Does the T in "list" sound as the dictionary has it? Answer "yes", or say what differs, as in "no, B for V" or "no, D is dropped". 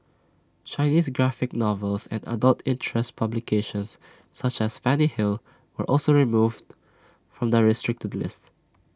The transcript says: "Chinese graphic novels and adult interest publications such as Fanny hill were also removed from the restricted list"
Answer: yes